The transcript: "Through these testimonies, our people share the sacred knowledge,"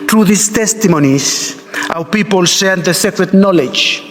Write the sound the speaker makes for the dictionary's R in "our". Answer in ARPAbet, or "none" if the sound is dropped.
W